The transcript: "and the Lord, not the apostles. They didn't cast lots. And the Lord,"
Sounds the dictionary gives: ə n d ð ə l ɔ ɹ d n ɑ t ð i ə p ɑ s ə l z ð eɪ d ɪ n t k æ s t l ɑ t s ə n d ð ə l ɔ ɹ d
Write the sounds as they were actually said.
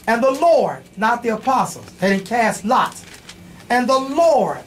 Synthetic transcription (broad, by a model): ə n ð ə l ɔ ɹ d n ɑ t ð i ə p ɑ s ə l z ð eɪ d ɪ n k æ s t l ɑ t ə n ð ə l ɔ ɹ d